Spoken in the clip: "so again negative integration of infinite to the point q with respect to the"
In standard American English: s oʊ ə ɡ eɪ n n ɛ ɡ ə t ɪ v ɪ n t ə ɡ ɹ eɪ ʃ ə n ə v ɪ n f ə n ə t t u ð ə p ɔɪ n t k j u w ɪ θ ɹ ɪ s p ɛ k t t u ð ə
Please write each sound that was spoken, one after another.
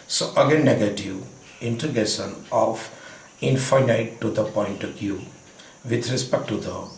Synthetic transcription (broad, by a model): s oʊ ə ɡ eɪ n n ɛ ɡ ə t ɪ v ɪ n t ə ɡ eɪ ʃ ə n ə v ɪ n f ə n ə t t u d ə p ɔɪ n t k j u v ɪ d ɹ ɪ s p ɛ k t t u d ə